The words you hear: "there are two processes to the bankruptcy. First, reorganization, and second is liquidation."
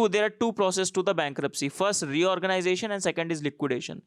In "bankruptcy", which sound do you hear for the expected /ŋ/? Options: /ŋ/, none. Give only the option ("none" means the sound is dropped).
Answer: /ŋ/